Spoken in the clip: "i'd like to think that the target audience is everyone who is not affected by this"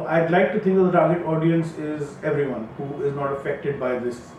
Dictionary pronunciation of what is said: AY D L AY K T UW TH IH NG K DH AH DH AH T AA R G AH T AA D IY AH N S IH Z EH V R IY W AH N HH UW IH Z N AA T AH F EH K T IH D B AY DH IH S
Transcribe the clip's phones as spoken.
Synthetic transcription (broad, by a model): AY D L AY K T UW T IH NG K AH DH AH T AA R G AH T AA D IY AH N S IH Z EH V R IY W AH N HH UW IH Z N AA T AH F EH K T IH D B AY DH IH S